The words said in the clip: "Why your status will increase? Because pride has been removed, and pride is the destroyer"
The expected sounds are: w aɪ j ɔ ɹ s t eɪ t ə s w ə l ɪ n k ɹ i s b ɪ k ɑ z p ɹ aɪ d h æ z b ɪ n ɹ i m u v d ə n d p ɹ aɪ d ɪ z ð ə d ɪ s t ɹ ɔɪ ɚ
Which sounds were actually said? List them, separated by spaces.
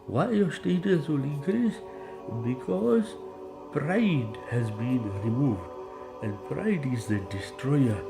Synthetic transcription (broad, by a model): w aɪ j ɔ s t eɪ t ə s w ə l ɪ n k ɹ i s b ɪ k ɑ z p ɹ aɪ d h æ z b ɪ n ɹ i m u v d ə n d p ɹ aɪ d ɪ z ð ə d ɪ s t ɹ ɔɪ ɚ